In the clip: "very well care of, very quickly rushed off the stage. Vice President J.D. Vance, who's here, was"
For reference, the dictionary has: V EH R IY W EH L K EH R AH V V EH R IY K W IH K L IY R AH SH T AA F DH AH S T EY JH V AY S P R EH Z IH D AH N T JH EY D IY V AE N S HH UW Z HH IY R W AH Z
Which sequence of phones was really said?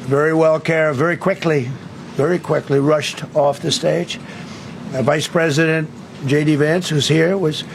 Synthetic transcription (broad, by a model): V EH R IY W EH L K EH R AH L V EH R IY K W IH K L IY R AH SH T AA F DH AH S T EY JH V AY S P R EH Z IH D AH N T JH EY D IY V AE N S HH UW Z HH IY R W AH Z